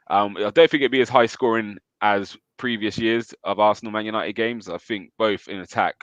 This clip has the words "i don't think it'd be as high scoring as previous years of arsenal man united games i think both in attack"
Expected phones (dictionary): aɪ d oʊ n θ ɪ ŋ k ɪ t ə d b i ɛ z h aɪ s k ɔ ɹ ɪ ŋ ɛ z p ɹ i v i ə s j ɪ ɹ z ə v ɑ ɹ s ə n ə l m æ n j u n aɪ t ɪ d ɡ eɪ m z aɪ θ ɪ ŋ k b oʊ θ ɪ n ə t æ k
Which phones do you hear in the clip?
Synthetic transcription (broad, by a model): aɪ d oʊ n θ ɪ ŋ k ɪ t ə b i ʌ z h aɪ s k ɔ ɹ ɪ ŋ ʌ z p ɹ i v i ə s j ɪ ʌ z ə v ɑ s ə n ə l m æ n j u n aɪ t ɪ d ɡ eɪ m z aɪ θ ɪ ŋ k b oʊ θ ɪ n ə t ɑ k